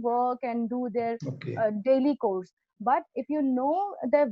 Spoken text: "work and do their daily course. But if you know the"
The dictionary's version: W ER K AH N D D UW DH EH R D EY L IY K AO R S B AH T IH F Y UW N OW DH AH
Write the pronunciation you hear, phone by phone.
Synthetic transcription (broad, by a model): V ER K AH N D D UW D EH R D EY L IY K AO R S B AH T IH F Y UW N OW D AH